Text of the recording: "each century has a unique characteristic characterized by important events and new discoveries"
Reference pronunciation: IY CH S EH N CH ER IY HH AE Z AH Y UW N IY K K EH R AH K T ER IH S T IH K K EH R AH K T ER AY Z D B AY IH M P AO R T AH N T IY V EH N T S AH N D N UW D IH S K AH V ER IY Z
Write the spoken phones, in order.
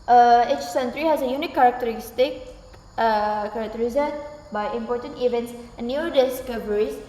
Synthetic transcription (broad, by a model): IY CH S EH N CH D IY HH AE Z AH Y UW N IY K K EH R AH K T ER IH S T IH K K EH R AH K T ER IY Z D B AY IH M P AO T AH N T IY V EH N T S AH N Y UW D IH S K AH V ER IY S